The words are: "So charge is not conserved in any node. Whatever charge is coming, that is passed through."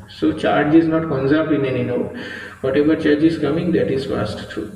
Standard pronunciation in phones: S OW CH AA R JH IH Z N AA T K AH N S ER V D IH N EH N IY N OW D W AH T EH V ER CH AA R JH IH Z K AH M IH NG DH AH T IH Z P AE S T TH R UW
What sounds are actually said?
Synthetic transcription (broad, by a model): S OW CH AA R JH IH Z N AA T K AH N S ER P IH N EH N IY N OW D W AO T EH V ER CH AA R JH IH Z K AH M IH NG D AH T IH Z F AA S T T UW